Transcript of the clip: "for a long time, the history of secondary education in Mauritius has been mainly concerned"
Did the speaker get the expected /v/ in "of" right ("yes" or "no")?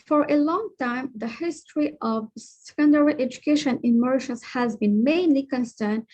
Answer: yes